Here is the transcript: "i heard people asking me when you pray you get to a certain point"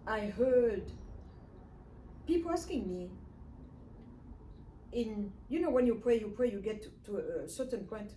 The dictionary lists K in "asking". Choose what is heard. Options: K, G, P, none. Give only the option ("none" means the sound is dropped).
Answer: K